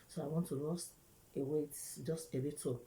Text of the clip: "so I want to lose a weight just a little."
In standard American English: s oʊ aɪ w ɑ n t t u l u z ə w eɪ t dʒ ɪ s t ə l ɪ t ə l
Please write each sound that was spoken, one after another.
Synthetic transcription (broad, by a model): s oʊ aɪ w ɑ n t t u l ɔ s ə w eɪ t dʒ ɪ s t ə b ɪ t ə